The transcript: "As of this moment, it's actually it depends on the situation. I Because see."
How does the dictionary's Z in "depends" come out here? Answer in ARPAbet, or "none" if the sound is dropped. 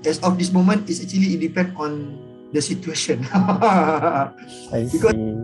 none